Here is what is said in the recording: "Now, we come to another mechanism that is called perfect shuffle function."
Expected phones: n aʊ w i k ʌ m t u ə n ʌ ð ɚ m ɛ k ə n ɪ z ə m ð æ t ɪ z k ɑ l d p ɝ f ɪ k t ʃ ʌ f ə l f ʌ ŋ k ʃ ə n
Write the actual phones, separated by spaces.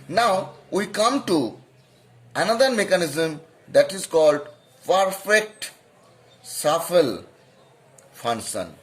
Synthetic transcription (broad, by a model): n aʊ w i k ʌ m t u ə n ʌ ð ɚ m ɛ k ə n ɪ z ə m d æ t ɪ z k ɑ l d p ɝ f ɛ k t s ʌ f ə l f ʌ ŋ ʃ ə n